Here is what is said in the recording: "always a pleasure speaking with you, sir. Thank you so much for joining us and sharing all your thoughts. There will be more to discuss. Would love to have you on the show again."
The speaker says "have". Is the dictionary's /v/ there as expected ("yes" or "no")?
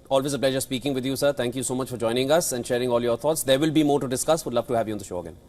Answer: yes